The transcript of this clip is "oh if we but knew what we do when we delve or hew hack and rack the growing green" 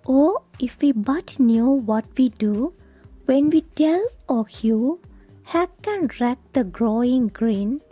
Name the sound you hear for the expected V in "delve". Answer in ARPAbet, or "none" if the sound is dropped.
none